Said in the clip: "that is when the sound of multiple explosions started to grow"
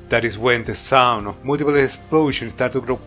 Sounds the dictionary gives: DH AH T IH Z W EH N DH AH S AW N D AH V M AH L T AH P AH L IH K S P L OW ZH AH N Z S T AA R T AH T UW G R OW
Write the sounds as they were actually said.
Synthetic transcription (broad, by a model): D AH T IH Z W EH N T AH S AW N AH M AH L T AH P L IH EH S P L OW SH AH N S T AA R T T UW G R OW